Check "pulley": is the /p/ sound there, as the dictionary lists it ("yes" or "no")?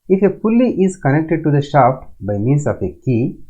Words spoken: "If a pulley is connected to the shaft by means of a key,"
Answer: no